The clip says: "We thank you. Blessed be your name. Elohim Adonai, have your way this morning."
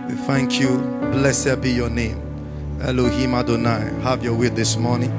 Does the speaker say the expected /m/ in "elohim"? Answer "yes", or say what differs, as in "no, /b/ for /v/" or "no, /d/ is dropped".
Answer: yes